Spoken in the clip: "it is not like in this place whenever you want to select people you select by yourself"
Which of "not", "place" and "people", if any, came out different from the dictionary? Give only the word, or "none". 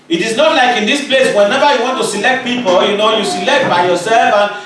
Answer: people